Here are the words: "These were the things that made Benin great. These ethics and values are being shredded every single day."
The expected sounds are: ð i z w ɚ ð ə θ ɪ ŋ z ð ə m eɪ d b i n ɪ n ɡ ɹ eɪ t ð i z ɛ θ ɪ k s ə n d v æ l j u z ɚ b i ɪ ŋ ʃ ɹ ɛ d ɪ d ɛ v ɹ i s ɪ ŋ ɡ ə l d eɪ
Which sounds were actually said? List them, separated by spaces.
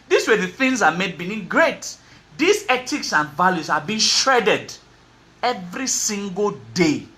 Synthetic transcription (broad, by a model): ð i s w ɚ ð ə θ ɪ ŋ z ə m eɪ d b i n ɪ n ɡ ɹ eɪ t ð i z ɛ t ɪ k s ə n v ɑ l j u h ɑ b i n ʃ ɹ ɛ d ɪ d ɛ v ɹ i s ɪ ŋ ɡ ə l d eɪ